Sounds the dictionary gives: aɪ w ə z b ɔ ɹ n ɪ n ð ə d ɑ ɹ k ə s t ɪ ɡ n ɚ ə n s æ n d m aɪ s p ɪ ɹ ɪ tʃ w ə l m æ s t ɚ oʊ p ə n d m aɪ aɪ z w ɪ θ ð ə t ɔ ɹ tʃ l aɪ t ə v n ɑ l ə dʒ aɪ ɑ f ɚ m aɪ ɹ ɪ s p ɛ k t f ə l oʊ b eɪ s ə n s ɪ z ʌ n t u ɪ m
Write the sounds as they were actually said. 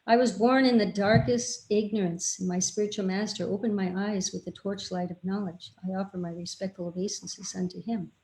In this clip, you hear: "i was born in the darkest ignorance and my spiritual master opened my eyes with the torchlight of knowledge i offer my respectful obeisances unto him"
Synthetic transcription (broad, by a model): aɪ w ə z b ɔ ɹ n ɪ n ð ə d ɑ ɹ k ə s t ɪ ɡ n ɚ ə n s n m aɪ s p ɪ ɹ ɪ tʃ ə l m æ s t ɚ oʊ p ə n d m aɪ aɪ z w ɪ ð ə t ɔ ɹ tʃ l aɪ t ə v n ɑ l ə dʒ aɪ ɑ f ɚ m aɪ ɹ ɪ s p ɛ k t f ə l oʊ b eɪ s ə n s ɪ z ʌ n t u ɪ m